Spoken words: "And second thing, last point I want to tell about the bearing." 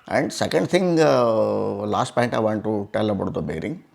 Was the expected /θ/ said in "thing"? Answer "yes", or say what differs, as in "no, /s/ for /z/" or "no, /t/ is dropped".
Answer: no, /t/ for /θ/